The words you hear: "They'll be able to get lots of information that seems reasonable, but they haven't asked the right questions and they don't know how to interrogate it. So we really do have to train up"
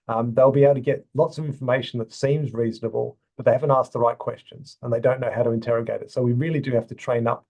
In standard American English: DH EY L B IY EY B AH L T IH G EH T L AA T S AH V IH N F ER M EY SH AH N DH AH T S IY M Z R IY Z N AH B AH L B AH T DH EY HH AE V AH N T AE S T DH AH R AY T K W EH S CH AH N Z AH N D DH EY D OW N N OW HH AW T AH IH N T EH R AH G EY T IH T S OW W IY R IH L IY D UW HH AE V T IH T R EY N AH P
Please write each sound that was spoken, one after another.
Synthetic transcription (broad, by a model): DH EY L B IY EY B L T IH G EH T L AA T S AH V IH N F ER M EY SH N DH AH T S IY M Z R IY Z N AH B AH L B AH T DH EY HH AE V AH N T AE S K DH AH R AY T K W EH S CH AH N Z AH N DH EY D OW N N OW HH AW T AH IH N T EH R AH G EY T IH T S OW W IY R IH L IY D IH HH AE F T IH T R EY N AH P